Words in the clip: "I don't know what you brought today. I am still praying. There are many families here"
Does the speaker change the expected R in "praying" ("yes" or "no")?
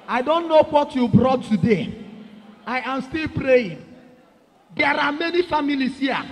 no